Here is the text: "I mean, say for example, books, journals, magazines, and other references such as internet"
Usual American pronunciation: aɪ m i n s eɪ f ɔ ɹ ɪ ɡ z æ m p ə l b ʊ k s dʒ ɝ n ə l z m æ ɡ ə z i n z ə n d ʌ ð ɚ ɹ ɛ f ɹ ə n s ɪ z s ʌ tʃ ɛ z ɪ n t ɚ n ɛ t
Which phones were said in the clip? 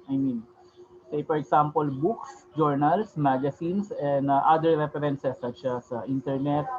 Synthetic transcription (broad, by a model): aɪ m i n s eɪ f ɔ ɹ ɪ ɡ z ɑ m p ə l b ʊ k s dʒ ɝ n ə l s m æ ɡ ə s i n s ə n d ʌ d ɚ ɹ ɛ p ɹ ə n s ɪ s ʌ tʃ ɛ s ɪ n t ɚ n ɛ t